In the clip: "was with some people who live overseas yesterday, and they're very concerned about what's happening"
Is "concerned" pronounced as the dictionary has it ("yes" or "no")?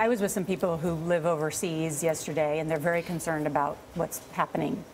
yes